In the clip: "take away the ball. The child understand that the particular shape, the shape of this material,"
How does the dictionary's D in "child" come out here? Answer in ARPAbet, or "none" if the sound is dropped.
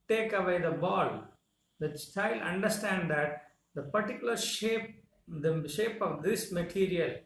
none